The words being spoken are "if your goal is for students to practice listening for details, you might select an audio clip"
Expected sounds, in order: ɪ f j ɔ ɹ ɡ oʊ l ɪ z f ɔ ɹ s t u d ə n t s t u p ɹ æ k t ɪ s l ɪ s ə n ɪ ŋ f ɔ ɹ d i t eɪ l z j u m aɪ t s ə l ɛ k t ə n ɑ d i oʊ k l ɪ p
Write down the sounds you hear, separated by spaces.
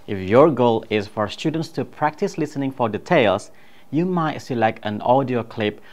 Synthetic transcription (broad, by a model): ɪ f j ɔ ɹ ɡ oʊ l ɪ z f ɔ ɹ s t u d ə n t s t u p ɹ æ k t ɪ s l ɪ s ə n ɪ ŋ f ɔ ɹ d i t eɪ l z j u m aɪ t s ə l ɛ k t ə n ɑ d i oʊ k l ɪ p